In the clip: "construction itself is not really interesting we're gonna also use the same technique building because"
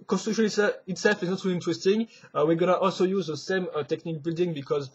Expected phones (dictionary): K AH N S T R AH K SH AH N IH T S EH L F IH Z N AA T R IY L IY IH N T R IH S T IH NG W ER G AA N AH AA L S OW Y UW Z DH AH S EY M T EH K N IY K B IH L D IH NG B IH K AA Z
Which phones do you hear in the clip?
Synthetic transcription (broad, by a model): K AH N S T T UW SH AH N IH T S EH L F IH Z N AA T R IY L IY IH N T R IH S T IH NG W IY G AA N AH AA L S OW Y UW Z DH AH S EY M T EH K N IY K B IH L D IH NG B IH K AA Z